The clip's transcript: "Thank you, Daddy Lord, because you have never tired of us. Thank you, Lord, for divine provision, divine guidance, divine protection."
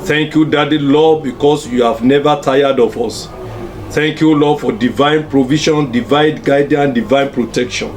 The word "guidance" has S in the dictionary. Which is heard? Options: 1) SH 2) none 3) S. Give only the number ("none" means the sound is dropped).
2